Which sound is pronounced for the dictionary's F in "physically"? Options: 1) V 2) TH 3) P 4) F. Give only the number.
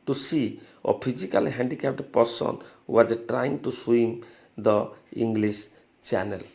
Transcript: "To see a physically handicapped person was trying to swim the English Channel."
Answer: 3